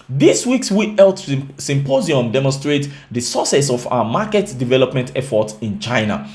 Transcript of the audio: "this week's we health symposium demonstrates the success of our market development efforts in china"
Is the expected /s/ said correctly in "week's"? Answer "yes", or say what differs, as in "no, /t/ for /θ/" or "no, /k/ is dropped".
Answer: yes